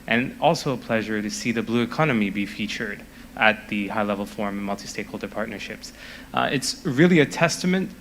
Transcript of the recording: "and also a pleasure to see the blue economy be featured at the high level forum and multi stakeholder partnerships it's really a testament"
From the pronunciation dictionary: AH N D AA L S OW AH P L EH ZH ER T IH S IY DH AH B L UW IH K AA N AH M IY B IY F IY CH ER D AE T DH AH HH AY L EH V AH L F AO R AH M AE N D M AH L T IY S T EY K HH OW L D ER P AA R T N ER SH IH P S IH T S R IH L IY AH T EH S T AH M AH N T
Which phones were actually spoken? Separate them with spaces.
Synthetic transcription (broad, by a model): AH N AA L S OW AH P L EH ZH ER T IH S IY DH AH B L UW IH K AA N AH M IY B IY F IY CH ER D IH T DH AH HH AY L EH V L F AO R M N M AH L T IY S T EY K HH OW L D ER P AA R T N ER SH IH P S IH T S R IH L IY AH T EH S T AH M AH N T